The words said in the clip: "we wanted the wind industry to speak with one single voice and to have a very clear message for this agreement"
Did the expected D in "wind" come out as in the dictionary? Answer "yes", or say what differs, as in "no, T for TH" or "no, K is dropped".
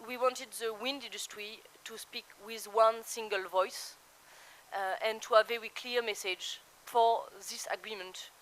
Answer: yes